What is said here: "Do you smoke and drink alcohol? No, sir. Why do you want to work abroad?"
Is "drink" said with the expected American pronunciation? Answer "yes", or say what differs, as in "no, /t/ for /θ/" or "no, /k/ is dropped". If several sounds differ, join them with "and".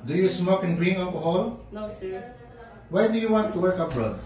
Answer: no, /k/ is dropped